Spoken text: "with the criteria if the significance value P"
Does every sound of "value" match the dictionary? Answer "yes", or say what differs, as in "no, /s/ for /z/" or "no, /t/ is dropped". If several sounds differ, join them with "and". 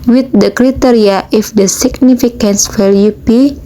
no, /f/ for /v/